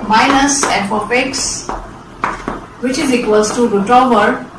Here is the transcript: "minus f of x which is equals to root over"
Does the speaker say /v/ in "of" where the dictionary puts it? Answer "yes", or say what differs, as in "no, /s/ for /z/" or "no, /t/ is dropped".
no, /p/ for /v/